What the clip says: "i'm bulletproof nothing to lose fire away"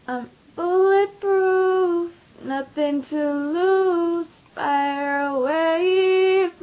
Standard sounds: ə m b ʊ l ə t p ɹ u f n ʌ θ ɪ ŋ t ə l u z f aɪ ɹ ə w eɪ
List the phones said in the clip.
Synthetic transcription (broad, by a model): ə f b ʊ l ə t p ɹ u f n ʌ θ ɪ ŋ t ə l u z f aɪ ɹ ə w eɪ